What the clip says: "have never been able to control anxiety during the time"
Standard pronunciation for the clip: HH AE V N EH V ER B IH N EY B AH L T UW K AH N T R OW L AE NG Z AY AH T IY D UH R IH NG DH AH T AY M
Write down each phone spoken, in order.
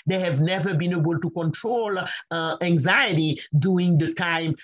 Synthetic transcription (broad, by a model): HH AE V N EH V ER B IH N EY B AH L T UW K AH N T R OW L AE NG Z AY AH T IY D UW IH NG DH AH T AY M